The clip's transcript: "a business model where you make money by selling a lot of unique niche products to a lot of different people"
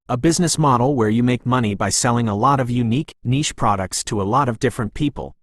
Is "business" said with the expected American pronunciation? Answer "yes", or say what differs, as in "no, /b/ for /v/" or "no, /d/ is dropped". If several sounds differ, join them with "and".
yes